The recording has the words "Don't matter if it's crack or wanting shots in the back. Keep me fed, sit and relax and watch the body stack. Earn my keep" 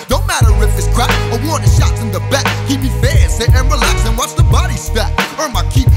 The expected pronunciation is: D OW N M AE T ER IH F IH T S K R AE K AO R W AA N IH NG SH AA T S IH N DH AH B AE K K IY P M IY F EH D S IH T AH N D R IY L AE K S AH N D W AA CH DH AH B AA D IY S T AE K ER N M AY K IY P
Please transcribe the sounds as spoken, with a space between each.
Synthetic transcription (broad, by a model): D OW N M AE T ER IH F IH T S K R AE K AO W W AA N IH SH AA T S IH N DH AH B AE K K IY P M IY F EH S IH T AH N R IY L AE K S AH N W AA S DH AH B AA D IY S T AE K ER M AY K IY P